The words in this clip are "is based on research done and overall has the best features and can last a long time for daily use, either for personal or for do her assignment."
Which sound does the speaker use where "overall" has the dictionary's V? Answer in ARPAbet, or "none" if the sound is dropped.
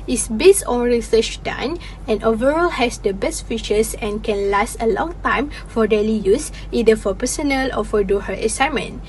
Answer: V